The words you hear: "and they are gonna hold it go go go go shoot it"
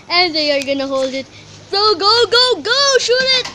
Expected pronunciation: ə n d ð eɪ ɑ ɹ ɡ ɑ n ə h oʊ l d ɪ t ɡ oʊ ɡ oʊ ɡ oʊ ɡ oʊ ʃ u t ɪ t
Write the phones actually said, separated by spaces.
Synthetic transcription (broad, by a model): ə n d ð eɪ ɑ ɹ ɡ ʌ n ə h oʊ l d ɪ t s oʊ ɡ oʊ ɡ oʊ ɡ oʊ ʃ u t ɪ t